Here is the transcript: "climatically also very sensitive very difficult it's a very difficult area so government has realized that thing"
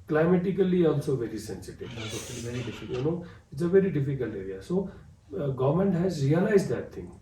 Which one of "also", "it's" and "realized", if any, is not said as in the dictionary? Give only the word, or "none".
none